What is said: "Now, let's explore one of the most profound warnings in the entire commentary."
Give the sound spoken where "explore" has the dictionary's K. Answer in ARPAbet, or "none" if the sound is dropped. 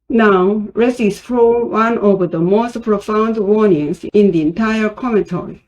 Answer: none